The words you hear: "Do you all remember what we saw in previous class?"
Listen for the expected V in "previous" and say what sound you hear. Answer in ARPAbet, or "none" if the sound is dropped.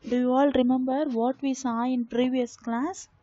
V